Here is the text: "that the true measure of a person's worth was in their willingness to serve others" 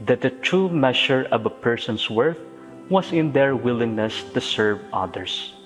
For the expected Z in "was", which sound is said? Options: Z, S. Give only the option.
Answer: S